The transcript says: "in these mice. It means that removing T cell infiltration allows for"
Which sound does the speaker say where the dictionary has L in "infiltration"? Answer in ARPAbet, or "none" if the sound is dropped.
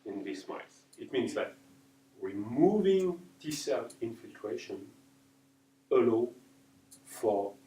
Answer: L